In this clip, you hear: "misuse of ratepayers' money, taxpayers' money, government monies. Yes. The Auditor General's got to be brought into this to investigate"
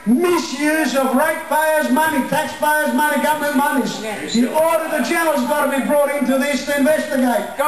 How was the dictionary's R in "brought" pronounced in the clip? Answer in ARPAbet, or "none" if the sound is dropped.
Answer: R